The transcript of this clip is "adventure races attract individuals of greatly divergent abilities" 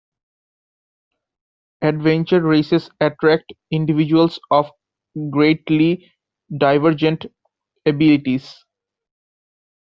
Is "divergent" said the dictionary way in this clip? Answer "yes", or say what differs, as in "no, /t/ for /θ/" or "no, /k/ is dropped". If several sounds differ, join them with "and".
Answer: yes